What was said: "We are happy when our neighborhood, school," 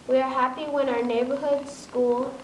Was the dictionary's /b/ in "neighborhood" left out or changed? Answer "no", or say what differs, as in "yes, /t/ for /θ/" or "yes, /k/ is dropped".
no